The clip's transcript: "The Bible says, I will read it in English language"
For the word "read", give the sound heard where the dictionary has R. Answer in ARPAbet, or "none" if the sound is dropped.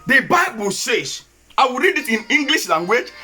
R